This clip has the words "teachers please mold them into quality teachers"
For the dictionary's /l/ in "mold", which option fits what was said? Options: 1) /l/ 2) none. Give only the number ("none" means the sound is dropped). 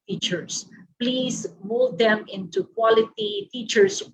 1